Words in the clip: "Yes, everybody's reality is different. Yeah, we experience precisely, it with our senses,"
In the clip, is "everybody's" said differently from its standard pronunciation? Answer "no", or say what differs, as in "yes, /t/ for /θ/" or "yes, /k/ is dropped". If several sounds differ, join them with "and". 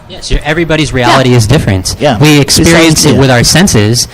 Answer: no